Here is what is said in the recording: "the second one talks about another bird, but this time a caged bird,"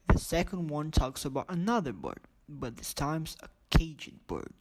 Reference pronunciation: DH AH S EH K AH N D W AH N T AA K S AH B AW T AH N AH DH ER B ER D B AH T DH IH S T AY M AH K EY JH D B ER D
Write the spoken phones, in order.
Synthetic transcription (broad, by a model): DH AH S EH K AH N D W AH N T AA K S AH B AW T AH N AH DH ER B ER D B AH T DH IH S T AY M AH K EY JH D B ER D